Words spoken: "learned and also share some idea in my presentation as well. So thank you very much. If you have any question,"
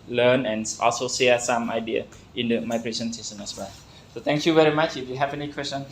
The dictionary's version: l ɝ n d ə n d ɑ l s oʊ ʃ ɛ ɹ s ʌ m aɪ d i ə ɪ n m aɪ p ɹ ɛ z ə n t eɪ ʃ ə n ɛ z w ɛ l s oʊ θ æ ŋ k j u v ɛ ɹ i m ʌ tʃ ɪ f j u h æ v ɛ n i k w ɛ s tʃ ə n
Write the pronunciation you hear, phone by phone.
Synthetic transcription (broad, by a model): l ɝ n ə n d ɑ l s oʊ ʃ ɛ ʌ s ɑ m aɪ d i ə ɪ n m aɪ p ɹ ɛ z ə n s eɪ s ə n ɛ s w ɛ s oʊ t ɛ ŋ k j u v ɛ ɹ i m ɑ tʃ ɪ f j u h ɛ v ɛ n i k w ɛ s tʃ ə n